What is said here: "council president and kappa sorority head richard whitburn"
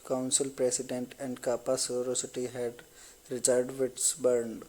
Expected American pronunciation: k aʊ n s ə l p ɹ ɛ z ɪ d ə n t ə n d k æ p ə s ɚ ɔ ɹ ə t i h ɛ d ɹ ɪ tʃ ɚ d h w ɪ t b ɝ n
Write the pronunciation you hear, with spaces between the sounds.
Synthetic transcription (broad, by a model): k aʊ n s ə l p ɹ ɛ s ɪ d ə n t ə n d k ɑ p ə s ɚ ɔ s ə t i h ɛ d ɹ ɪ tʃ ɚ d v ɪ t b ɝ n